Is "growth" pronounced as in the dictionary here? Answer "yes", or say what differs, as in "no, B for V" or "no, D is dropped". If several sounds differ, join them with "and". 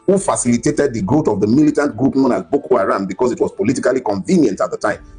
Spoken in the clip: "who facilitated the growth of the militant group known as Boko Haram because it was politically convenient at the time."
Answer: no, R is dropped and T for TH